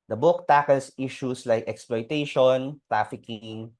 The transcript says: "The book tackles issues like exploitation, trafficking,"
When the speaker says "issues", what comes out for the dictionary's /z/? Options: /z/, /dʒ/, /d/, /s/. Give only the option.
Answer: /s/